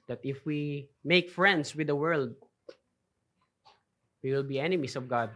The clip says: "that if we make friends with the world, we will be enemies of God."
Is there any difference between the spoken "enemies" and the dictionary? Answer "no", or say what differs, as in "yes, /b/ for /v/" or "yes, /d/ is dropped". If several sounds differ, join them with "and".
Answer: yes, /s/ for /z/